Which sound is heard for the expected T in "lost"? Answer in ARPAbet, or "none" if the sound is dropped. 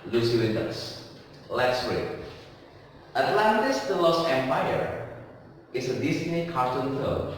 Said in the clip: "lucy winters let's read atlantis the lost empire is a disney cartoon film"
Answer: none